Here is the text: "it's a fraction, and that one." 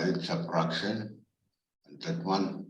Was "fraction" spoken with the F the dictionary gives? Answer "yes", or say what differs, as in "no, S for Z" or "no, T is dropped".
no, P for F